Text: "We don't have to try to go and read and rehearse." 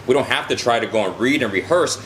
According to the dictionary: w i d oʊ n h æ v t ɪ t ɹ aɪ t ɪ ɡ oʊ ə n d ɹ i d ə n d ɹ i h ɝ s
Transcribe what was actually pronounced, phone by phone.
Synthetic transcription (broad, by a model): w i d oʊ n h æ f t ɪ t ɹ aɪ t ɪ ɡ oʊ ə n ɹ i d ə n ɹ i h ɝ s